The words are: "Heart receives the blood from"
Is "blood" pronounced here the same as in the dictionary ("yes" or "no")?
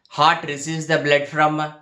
yes